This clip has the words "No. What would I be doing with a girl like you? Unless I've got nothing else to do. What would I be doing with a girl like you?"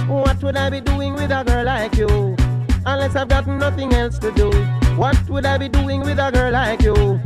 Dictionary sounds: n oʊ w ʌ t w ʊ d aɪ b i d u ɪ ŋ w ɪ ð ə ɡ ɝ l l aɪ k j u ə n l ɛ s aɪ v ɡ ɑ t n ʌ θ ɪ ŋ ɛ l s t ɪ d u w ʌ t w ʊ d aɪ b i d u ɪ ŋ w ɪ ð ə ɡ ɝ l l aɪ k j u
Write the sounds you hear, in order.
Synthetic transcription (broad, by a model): w ʌ t w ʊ d aɪ b i d u ɪ ŋ w ɪ ð ə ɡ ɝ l l aɪ k j u ə n l ɛ s aɪ v ɡ ɑ t n ʌ θ ɪ ŋ ɛ l s t ɪ d u w ʌ t w ʊ d aɪ b i d u ɪ ŋ w ɪ ð ə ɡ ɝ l l aɪ k j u